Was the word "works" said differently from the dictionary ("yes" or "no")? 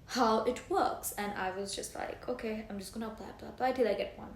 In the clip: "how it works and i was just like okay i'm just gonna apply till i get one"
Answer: no